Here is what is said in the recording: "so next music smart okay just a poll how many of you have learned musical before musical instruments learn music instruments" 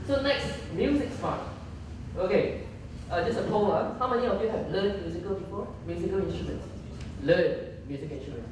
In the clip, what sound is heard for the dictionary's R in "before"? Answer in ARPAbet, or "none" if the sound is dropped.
L